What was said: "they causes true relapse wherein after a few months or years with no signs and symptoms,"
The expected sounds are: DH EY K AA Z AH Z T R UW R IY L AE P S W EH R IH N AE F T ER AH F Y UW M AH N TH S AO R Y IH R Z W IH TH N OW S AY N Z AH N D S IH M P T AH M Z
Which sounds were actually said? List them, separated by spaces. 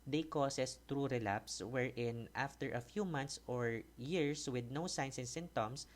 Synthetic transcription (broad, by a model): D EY K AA S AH S T R UW R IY L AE P S W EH R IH N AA F T ER AH F Y UW M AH N T S AO R Y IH R S W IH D N OW S AY N S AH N S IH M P T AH M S